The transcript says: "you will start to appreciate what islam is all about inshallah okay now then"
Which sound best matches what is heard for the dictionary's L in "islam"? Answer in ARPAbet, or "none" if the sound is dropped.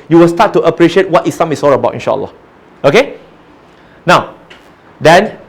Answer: none